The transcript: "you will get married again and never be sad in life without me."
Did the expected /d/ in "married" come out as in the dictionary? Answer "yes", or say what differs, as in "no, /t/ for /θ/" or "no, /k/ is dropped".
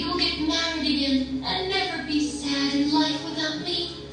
yes